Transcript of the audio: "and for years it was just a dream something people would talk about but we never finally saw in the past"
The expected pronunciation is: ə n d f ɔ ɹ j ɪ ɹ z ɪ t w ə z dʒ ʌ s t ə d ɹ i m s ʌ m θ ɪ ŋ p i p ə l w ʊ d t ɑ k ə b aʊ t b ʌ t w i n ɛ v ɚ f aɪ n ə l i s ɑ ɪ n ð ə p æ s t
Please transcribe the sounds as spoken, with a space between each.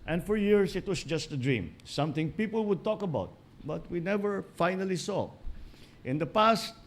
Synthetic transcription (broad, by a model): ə n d f ɔ ɹ j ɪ ɹ s ɪ t w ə s dʒ ʌ s t ə d ɹ i m s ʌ m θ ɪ ŋ p i p ə l w ʊ d t ɑ k ə b aʊ t b ʌ t w i n ɛ v ɚ f aɪ n ə l i s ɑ ɪ n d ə p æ s t